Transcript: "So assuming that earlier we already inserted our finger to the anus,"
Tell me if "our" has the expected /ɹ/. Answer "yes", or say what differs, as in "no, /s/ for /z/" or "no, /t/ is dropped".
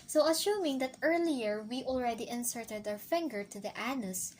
no, /w/ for /ɹ/